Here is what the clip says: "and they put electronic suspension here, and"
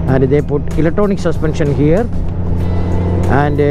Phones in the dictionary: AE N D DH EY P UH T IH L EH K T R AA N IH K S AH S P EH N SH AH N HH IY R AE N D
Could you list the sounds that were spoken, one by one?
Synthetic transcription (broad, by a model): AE N D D EY P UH T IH L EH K T AO N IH K S AH S P EH N SH AH N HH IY R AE N D